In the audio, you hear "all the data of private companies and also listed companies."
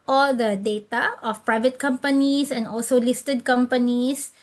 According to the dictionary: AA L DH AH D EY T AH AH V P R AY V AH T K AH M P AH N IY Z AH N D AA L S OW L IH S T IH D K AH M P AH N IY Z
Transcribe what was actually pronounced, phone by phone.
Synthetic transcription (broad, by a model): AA L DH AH D EY T AH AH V P R AY V AH T K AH M P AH N IY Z AH N D AA L S OW L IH S T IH D K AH M P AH N IY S